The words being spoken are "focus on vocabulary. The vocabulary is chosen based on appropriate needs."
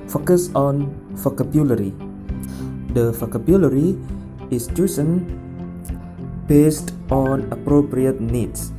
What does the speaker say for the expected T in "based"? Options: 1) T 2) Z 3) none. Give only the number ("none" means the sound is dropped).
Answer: 1